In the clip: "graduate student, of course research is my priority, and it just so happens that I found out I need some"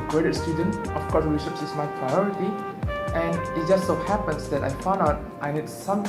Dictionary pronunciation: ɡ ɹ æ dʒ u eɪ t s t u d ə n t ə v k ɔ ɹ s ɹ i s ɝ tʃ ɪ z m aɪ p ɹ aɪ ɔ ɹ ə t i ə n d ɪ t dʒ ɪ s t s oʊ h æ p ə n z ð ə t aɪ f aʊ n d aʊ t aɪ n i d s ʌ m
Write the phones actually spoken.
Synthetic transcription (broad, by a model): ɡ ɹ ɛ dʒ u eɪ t s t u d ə n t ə f k ɔ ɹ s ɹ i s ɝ s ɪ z m aɪ p ɹ aɪ ɔ ɹ ə t i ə n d ɪ t dʒ ɪ s t s oʊ h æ p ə n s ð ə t aɪ f aʊ n d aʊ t aɪ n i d s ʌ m